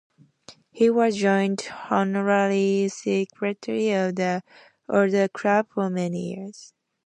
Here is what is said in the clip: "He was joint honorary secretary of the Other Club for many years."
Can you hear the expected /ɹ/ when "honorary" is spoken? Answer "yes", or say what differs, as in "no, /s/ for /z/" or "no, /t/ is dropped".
no, /l/ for /ɹ/